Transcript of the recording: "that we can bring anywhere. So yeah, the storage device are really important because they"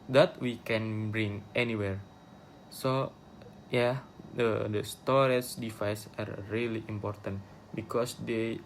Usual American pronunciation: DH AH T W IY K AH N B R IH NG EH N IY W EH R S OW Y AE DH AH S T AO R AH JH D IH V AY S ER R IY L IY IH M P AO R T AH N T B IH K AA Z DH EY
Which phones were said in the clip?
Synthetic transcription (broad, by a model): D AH T W IY K AH N B R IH NG EH N IY W EH R S OW Y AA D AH S T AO R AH CH D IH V AY S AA R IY L IY IH M P AO R T AH N T B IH K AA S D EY